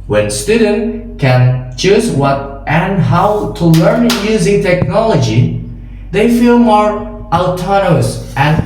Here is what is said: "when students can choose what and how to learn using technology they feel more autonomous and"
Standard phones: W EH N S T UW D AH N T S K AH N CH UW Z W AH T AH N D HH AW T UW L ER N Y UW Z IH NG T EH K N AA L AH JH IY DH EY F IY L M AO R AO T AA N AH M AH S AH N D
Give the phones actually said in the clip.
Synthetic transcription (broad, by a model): W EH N S T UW D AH N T K AH N CH UW Z W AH T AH N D HH AW T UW L ER N Y UW Z IH NG T EH K N AA L AH JH IY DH EY F IY L M AO R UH T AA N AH AH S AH N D